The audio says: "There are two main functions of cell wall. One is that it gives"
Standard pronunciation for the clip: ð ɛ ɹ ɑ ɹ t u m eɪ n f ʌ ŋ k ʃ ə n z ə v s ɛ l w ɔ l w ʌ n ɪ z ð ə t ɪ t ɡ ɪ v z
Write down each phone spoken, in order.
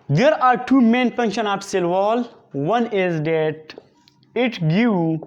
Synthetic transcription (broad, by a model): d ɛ ɹ ɑ ɹ t u m eɪ n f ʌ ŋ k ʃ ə n ə p s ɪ l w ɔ l w ʌ n ɪ z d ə t ɪ t ɡ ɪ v